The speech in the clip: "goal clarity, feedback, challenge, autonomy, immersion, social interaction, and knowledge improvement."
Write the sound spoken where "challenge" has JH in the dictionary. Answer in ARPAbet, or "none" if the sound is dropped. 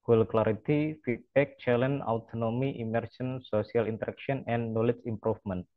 none